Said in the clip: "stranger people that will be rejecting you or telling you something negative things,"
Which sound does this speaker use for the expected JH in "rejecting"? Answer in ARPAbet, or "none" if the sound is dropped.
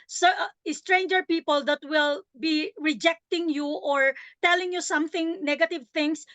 JH